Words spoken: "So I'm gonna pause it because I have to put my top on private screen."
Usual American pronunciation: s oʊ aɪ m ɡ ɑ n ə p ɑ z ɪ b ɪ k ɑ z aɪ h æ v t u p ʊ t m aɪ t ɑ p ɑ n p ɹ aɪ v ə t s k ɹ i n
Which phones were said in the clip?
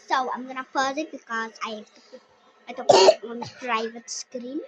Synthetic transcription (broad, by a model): s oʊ aɪ m ɡ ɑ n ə f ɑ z ɪ b ɪ k ɑ z aɪ h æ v t u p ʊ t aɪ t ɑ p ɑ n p ɹ aɪ v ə t s k ɹ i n